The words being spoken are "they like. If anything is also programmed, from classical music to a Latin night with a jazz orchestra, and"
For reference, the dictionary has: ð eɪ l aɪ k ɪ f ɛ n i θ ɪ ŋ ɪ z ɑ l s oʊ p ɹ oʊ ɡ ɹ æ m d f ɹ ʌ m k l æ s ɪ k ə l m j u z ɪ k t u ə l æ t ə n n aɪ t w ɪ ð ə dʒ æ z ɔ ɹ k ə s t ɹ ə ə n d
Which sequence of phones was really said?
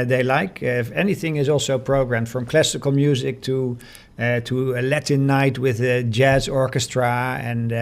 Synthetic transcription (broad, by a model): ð eɪ l aɪ k ɪ f ɛ n i θ ɪ ŋ ɪ z ɑ l s oʊ p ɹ oʊ ɡ ɹ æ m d f ɹ ʌ m k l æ s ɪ k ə l m j u z ɪ k t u ə l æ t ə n n aɪ t w ɪ ð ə dʒ æ z ɔ ɹ k ə s t ɹ ə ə n